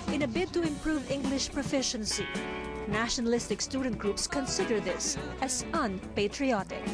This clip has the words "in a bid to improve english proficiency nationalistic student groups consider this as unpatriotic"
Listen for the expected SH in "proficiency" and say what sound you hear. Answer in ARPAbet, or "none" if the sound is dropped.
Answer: SH